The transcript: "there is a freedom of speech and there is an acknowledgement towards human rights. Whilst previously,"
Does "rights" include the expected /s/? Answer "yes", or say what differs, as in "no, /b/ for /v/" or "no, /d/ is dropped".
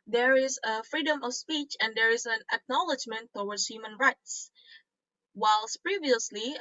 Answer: yes